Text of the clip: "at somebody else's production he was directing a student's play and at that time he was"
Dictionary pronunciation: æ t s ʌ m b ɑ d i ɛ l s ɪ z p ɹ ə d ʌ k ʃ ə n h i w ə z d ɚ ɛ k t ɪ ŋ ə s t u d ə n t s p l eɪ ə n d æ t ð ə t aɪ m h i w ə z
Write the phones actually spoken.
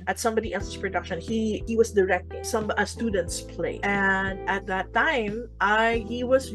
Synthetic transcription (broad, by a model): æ t s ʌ m b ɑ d i ɛ l s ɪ s p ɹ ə d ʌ k ʃ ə n h i w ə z d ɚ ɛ k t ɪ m ə s t u d ə n t s p l eɪ ə n d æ t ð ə t aɪ m h i w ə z